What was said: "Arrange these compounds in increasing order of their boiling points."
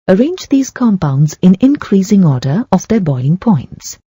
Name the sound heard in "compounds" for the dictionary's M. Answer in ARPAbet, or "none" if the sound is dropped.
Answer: M